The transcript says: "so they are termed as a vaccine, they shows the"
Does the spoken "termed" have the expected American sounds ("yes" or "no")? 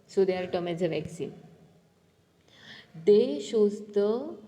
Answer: no